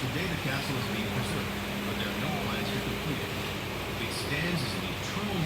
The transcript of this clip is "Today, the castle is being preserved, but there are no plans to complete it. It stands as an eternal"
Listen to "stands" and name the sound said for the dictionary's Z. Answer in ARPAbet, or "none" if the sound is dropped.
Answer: Z